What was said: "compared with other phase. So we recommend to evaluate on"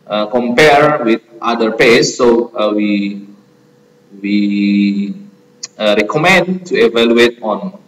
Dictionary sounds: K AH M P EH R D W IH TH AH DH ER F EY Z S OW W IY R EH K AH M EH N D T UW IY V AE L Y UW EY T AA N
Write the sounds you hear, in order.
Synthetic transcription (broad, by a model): K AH M P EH R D W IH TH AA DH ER P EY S OW W IY R EH K AH M EH N D T UW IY V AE L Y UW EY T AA N